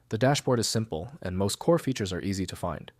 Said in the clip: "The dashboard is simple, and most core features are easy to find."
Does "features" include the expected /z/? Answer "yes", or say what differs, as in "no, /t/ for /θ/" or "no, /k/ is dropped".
yes